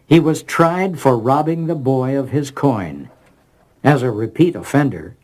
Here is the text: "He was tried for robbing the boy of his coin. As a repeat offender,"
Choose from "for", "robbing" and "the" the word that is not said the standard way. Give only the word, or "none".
none